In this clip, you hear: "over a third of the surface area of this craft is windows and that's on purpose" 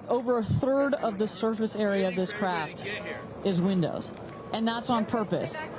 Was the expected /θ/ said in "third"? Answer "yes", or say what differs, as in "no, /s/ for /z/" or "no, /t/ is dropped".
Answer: yes